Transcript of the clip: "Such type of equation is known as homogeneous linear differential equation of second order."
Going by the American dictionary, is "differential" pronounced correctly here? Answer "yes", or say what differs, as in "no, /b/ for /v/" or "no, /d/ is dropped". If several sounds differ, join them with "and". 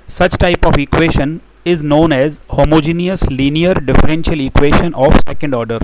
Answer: yes